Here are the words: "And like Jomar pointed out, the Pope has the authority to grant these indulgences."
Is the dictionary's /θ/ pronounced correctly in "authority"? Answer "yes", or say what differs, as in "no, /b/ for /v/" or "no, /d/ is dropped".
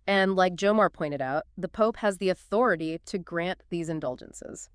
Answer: yes